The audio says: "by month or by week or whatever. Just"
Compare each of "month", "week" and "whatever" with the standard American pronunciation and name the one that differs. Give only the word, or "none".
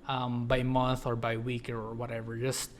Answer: none